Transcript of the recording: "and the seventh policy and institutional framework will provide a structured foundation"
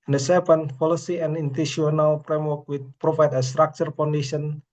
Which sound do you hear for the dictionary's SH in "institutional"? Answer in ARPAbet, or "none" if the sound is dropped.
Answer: none